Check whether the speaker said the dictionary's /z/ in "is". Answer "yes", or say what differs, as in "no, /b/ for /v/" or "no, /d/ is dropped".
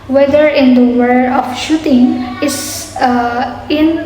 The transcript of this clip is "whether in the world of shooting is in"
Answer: no, /s/ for /z/